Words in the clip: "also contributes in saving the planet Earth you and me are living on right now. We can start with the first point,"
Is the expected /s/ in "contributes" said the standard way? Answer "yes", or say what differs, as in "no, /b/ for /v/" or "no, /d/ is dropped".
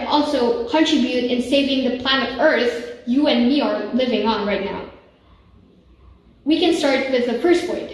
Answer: no, /s/ is dropped